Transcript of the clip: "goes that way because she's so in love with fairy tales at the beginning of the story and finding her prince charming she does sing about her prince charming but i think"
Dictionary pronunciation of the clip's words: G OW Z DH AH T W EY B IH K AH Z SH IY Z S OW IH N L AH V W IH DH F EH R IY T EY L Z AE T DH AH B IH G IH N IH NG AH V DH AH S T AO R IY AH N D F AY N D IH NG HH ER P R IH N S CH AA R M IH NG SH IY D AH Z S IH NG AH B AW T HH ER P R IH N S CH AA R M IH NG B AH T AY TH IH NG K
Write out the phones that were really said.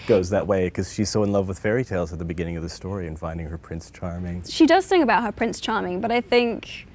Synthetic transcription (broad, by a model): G OW Z DH AH T W EY IH K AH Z SH IY Z S OW IH N L AH V W IH DH F EH R IY T EY L Z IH T DH AH B IH G IH N IH NG AH V DH AH S T AO R IY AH N F AY N D IH NG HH ER P R IH N S CH AA R M IH NG SH IY D AH Z TH IH NG AH B AW T HH ER P R IH N S CH AA R M IH NG B AH T AY TH IH NG K